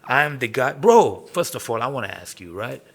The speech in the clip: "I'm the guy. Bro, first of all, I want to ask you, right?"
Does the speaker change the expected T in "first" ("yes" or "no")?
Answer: no